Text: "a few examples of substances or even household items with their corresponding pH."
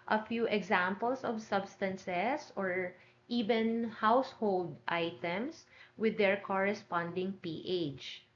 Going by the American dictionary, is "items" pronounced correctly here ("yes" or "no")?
no